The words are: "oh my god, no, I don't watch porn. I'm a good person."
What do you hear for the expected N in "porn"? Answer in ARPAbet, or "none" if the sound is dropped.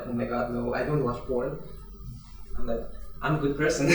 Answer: L